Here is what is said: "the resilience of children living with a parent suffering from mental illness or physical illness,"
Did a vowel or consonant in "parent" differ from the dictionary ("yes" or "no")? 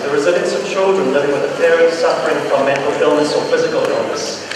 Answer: yes